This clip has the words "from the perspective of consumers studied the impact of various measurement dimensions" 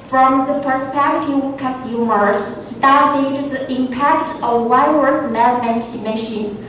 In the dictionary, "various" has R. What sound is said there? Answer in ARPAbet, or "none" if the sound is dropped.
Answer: none